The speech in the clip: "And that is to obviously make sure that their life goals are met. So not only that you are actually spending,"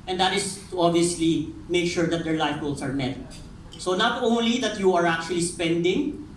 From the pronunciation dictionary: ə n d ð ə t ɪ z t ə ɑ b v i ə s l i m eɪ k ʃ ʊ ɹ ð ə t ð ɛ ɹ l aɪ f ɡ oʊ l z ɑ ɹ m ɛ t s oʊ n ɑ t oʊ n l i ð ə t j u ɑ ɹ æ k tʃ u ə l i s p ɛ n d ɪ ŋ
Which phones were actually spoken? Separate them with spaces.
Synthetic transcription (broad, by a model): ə n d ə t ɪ s t ə ɑ b v i ə s l i m eɪ k ʃ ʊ ɹ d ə t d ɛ ɹ l aɪ f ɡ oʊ l s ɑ ɹ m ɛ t s oʊ n ɑ t oʊ n l i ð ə t j u ɑ ɹ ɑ k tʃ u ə l i s p ɛ n d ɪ ŋ